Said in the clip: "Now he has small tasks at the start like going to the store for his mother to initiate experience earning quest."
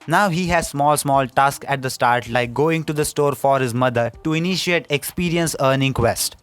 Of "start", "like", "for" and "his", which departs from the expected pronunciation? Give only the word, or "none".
none